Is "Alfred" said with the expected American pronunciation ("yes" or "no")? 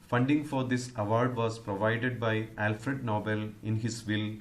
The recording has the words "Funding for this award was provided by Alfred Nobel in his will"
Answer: yes